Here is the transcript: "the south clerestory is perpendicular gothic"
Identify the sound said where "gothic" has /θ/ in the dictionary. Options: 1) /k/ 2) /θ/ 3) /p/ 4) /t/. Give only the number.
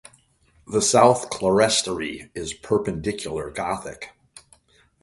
2